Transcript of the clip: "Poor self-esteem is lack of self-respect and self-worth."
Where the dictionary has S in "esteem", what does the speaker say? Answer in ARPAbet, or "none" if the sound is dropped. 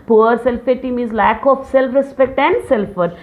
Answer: none